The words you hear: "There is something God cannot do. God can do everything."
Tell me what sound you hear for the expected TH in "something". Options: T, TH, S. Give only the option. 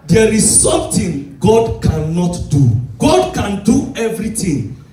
T